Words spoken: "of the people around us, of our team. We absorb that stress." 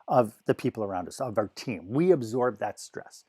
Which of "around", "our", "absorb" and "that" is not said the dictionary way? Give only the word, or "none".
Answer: none